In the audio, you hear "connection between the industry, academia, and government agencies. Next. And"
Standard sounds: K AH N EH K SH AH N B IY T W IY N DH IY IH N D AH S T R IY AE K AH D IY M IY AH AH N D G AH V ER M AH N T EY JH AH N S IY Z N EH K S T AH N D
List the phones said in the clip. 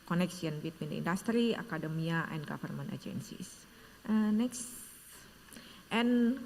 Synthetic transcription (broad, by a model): K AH N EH K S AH N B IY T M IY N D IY N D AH S T R IY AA K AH D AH M IY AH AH N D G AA F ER M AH N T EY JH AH N S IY S N EH K S T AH N